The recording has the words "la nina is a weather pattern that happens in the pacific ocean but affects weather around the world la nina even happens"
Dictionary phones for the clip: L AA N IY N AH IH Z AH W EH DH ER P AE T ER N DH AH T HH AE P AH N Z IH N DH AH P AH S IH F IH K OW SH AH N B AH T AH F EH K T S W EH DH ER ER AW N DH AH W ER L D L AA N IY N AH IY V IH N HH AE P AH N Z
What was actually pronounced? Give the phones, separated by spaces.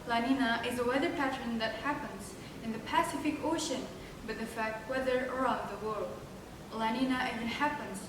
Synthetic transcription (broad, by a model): L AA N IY N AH IH Z AH W EH DH ER P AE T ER N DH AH T HH AE P AH N Z IH N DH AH P AH S IH F IH K OW SH AH N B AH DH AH F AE K T W EH DH ER ER AW N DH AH W ER L D L AA N IY N AH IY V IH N HH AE P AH N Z